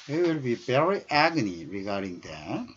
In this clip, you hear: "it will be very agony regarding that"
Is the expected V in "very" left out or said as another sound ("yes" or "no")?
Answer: yes